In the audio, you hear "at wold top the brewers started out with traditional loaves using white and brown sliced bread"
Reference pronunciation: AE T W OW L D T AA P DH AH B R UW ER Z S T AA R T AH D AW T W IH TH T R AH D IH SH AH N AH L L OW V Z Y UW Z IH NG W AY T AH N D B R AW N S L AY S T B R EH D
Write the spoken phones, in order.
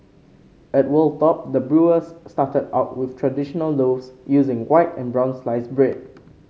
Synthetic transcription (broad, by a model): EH T W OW L T AA P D AH B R UW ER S T AA T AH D AW T W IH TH T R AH D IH SH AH N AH L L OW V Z Y UW Z IH NG W AY T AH N B R AW N S L AY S B R EH D